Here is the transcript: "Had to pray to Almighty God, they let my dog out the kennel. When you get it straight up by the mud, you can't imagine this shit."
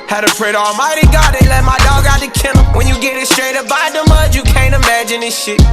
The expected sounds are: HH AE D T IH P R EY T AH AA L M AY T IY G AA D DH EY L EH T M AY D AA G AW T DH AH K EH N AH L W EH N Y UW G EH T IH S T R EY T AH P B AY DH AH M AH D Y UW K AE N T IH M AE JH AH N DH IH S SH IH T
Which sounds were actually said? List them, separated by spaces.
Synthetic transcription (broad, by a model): HH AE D T IH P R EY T AA L M AY T IY G AA D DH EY L EH T M AY D AA G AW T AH K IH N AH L W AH N Y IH G EH T IH S T R EY T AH B AY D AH M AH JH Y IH K AE N T IH M AE JH AH N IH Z SH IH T